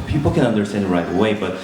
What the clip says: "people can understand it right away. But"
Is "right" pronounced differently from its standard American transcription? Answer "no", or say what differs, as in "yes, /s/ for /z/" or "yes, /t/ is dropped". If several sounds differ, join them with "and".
no